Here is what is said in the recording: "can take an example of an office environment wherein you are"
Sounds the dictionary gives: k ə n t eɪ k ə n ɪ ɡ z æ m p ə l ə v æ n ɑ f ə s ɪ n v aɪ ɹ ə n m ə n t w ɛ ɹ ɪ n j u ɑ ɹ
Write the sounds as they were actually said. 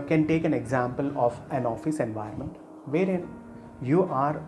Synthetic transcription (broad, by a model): k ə n t eɪ k ə n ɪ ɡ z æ m p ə l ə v æ n ɑ f ə s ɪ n v aɪ ə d m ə n t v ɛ ɹ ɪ n j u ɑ ɹ